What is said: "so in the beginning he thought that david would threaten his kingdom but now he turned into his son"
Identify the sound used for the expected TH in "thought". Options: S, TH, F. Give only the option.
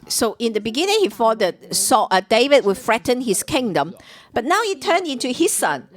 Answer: F